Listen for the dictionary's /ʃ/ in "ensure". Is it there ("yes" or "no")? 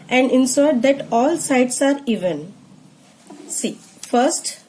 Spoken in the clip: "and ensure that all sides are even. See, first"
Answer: no